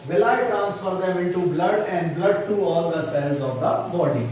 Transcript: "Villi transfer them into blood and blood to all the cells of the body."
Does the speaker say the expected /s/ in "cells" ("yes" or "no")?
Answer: yes